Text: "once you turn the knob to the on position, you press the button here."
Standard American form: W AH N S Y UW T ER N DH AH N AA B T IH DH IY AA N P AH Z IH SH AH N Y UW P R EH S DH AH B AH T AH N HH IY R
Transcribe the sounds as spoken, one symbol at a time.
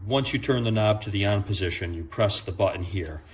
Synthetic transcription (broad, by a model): W AH N S Y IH T ER N DH AH N AA B T IH DH IY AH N P AH Z IH SH AH N Y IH P R EH S DH AH B AH T N HH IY R